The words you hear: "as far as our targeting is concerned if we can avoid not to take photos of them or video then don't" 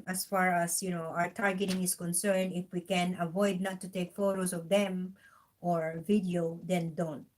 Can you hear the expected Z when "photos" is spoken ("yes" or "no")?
no